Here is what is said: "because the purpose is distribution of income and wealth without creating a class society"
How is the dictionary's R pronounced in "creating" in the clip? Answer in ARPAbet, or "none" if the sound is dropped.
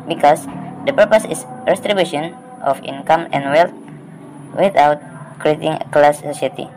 R